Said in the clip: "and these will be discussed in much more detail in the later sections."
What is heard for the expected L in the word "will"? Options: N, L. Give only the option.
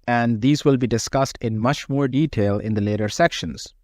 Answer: L